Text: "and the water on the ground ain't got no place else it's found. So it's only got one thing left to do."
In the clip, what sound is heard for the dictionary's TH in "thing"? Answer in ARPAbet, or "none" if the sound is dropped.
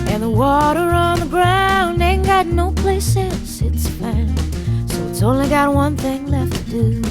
TH